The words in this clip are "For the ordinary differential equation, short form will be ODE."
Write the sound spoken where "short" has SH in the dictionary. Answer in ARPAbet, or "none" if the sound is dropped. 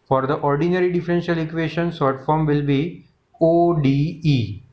S